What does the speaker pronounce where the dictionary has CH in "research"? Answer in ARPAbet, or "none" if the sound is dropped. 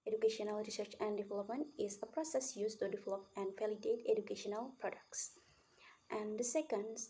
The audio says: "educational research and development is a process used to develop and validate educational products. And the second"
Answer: CH